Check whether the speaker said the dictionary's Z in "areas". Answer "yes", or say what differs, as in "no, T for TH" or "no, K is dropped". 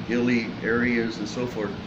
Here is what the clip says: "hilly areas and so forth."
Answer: yes